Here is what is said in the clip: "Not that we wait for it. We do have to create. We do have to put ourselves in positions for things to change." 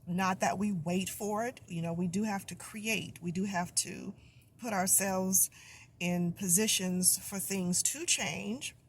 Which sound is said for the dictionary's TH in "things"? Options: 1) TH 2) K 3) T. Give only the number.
1